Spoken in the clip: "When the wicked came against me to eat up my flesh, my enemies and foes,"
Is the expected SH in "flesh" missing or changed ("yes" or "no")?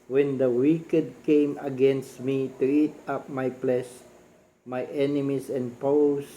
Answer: yes